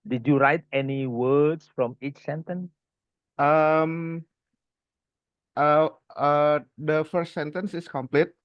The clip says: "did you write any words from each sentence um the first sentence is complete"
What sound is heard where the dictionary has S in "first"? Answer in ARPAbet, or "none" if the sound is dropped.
S